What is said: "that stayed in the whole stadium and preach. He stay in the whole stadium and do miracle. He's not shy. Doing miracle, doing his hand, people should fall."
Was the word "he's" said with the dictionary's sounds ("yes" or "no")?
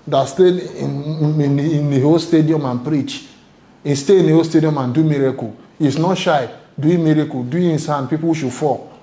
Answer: no